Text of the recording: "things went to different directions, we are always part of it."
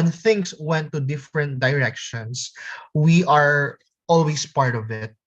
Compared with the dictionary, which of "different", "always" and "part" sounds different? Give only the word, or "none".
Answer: always